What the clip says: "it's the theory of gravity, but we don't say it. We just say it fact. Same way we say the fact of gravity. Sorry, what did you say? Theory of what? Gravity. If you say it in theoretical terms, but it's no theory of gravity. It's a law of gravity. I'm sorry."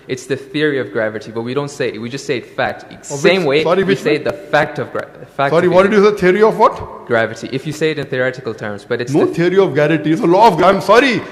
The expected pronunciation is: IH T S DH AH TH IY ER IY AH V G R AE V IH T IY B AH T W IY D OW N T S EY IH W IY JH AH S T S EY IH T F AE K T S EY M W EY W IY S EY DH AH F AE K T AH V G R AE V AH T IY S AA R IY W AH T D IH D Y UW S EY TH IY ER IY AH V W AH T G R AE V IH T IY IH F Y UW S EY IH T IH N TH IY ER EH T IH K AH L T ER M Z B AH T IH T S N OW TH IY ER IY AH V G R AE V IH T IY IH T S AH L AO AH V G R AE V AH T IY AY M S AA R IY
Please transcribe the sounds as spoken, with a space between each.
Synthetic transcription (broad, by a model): IH T S DH AH TH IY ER IY AH V G R AE V IH T IY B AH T W IY D OW N T S EY IH W IY JH AH S T S EY IH T F AE K T S EY M W EY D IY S EY DH AH F AE K T AH V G R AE F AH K S AA R IY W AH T D IH D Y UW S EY T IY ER IY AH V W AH T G R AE V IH T IY IH F Y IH S EY IH T IH N TH IY ER EH T IH K AH L T ER M Z B AH T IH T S N OW T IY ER IY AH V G AE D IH T IY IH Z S AH L AO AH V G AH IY M S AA R IY